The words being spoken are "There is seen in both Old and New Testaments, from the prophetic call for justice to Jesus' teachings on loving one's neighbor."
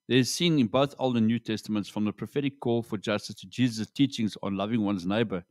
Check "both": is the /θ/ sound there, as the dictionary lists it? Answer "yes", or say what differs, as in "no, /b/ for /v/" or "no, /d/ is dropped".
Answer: yes